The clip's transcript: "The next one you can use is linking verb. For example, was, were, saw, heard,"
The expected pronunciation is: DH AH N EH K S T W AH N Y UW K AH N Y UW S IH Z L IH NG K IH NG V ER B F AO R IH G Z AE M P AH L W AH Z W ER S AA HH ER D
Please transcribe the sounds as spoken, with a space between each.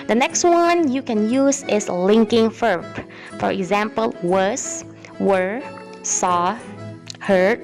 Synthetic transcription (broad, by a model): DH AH N EH K S T W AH N Y UW K AH N Y UW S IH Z L IH NG K IH NG F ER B F AO R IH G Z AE M P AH L W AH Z W ER S AA HH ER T